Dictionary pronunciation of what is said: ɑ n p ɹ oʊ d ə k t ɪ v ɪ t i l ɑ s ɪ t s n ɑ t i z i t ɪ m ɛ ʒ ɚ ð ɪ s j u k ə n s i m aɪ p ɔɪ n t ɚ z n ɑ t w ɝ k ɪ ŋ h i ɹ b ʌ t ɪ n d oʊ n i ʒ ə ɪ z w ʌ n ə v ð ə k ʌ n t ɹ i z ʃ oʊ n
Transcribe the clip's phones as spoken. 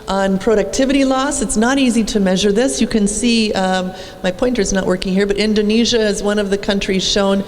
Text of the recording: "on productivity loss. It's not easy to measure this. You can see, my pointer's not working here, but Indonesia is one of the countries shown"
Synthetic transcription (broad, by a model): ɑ n p ɹ oʊ d ə k t ɪ v ɪ t i l ɑ s ɪ t s n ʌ t i z i t ɪ m ɛ ʒ ɚ ð ɪ s j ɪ k ə n s i m aɪ p ɔɪ n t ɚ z n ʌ t w ɝ k ɪ ŋ h i ɹ b ʌ t ɪ n d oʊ n i ʒ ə ɪ z w ʌ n ə v ð ə k ʌ n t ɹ i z ʃ oʊ n